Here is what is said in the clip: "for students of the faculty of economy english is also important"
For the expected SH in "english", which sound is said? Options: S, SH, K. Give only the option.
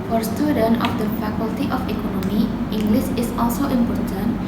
S